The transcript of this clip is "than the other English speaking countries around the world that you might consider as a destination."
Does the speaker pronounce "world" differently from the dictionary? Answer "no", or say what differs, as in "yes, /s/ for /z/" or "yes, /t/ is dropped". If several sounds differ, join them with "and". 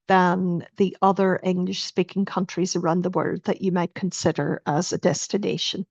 yes, /l/ is dropped